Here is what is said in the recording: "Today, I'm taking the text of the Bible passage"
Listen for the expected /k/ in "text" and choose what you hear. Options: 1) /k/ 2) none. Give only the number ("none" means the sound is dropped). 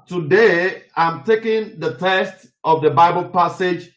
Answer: 2